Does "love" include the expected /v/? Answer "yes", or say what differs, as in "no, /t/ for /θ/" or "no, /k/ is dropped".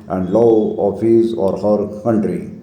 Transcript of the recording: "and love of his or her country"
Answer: no, /v/ is dropped